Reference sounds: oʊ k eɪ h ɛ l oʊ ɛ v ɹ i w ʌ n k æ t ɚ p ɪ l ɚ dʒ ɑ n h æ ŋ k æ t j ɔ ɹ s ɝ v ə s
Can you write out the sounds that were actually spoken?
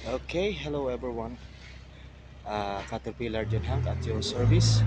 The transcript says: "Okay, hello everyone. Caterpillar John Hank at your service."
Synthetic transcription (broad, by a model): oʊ k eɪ h ɛ l oʊ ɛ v ɹ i w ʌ n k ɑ t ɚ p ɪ l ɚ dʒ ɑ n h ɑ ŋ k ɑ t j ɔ s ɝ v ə s